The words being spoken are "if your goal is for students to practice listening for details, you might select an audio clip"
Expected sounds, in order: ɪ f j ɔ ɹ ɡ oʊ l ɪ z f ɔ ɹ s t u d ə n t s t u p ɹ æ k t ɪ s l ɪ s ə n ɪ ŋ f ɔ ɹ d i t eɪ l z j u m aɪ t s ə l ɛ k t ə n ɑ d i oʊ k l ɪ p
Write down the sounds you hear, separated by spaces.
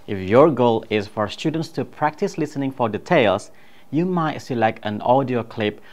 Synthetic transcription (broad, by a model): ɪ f j ɔ ɹ ɡ oʊ l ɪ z f ɔ ɹ s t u d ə n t s t u p ɹ æ k t ɪ s l ɪ s ə n ɪ ŋ f ɔ ɹ d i t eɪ l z j u m aɪ t s ə l ɛ k t ə n ɑ d i oʊ k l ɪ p